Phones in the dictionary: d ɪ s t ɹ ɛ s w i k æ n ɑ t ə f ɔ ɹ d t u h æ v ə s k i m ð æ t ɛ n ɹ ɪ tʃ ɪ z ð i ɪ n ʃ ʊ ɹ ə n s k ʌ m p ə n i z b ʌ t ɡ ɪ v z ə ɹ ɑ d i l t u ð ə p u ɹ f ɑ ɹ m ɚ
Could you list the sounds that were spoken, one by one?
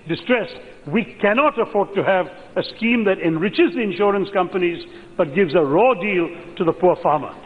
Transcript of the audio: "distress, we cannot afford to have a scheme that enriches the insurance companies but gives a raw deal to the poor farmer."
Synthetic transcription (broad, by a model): d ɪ s t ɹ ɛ s w i k æ n ɑ t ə f ɔ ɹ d t u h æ v ə s k i m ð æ t ɛ n ɹ ɪ tʃ ɪ z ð i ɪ n ʃ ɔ ɹ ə n s k ʌ m p ə n i z b ʌ t ɡ ɪ v z ə ɹ ɑ d i l t u ð ə p u ɹ f ɑ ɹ m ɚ